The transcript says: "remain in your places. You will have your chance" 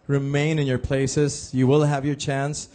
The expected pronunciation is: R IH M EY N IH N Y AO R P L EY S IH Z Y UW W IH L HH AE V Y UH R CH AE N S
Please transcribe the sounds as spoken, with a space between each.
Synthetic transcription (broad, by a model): R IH M EY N IH N Y AO R P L EY S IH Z Y UW W IH L HH AE V Y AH R CH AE N S